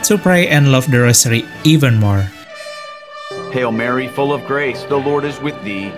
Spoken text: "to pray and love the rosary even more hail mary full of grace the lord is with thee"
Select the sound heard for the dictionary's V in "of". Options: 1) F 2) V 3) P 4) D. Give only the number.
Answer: 2